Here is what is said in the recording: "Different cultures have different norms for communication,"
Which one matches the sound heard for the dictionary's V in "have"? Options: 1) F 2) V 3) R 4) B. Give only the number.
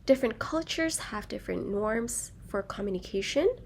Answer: 2